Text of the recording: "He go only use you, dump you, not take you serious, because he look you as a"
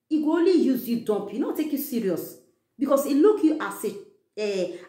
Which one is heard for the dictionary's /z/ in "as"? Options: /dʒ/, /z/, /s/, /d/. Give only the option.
/s/